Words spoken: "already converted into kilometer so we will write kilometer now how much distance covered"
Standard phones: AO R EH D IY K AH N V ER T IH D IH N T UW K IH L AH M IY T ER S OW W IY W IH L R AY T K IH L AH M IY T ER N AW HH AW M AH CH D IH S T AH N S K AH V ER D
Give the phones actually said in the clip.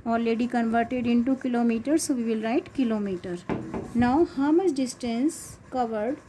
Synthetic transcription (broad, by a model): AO R EH D IY K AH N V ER T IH D IH N T UW K IH L AH M IY T ER S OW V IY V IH L R AY T K IH L AH M IY T ER N AW HH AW M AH S D IH S T AH N S K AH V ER D